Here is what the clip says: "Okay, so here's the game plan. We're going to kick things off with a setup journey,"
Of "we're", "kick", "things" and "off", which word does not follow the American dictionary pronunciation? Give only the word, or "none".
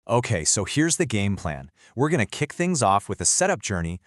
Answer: none